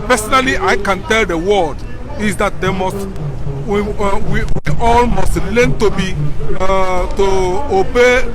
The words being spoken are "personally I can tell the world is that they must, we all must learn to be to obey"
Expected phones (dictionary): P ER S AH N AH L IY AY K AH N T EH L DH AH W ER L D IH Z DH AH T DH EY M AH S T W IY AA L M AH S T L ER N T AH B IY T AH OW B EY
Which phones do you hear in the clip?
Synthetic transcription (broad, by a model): P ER S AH N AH L IY AY K AH N T EH L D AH W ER D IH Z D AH T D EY M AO S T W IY AA L M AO S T L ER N T AH B IY T AH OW B EY